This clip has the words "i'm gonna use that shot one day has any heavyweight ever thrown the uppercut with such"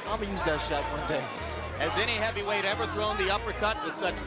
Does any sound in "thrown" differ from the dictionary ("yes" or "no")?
no